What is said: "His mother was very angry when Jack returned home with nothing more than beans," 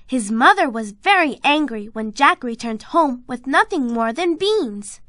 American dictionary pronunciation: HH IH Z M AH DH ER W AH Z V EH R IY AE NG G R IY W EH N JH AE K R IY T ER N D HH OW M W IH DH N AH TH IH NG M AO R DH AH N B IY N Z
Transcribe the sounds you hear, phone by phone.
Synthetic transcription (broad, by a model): HH IH Z M AH DH ER W AH Z V EH R IY AE NG G R IY W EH N JH AE K R IY T ER N D HH OW M W IH DH N AH TH IH NG M AO R DH AH N B IY N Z